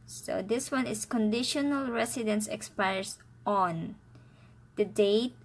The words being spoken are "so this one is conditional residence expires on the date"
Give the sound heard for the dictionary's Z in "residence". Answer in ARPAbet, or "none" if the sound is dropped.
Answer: S